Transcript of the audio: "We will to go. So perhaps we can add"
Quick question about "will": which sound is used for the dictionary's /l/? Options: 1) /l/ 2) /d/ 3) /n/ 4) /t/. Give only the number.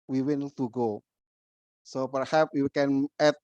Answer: 3